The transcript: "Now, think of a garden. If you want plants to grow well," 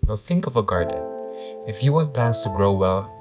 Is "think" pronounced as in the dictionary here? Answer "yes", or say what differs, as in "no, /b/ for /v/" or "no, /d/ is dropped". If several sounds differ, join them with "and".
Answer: yes